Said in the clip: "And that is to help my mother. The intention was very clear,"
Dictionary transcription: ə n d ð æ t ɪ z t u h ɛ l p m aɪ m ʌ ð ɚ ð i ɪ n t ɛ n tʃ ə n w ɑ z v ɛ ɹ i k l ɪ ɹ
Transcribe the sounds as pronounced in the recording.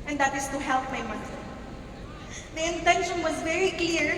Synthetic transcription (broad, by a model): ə n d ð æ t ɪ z t u h ɛ l p m aɪ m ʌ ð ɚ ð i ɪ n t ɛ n ʃ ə n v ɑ z v ɛ ɹ i k l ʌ ɹ